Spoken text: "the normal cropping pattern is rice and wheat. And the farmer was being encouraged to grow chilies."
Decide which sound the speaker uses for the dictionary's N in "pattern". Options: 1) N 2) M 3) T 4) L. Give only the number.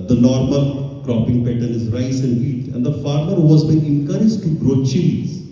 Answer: 4